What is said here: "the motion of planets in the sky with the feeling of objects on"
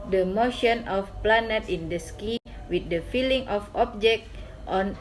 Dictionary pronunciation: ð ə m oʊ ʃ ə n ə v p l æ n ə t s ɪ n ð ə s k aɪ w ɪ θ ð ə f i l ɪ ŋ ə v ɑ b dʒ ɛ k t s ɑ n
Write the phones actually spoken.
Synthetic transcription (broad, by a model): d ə m oʊ ʃ ə n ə f p l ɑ n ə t ɪ n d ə s k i w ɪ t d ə f i l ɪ ŋ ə f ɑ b dʒ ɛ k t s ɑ n